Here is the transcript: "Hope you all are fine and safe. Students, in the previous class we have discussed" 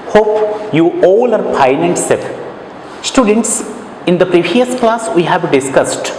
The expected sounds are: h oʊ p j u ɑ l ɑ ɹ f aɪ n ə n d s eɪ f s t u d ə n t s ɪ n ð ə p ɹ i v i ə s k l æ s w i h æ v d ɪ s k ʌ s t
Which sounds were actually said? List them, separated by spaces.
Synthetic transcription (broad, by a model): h oʊ p j u ɑ l ɑ ɹ p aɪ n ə n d s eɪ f s t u d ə n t s ɪ n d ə p ɹ i v i ə s k l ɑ s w i h æ v d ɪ s k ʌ s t